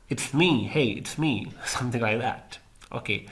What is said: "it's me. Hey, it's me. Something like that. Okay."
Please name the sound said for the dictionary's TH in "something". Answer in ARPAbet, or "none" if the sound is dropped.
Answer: TH